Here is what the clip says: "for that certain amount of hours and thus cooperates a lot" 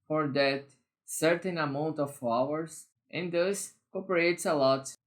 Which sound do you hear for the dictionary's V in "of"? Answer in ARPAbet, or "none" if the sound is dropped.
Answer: F